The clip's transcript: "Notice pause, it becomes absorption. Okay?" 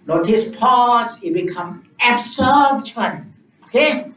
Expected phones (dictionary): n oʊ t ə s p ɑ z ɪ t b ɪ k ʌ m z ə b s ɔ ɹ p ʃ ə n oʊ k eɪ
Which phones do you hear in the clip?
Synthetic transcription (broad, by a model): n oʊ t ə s p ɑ s ɪ t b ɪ k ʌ m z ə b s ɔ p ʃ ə n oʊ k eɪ